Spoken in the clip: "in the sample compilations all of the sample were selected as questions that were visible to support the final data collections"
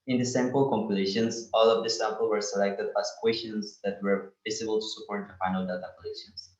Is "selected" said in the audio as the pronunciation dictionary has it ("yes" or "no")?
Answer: yes